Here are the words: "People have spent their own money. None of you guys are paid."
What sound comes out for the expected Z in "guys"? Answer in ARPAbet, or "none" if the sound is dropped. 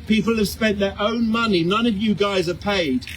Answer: Z